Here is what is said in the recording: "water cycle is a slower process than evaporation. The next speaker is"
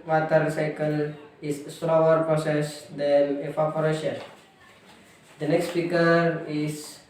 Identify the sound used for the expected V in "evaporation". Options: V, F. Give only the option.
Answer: F